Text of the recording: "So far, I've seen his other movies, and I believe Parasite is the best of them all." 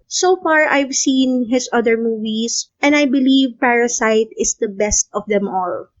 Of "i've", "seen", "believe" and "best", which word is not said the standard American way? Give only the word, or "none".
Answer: none